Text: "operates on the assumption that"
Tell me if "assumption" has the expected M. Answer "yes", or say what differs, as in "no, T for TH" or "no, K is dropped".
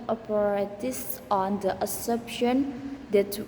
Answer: no, M is dropped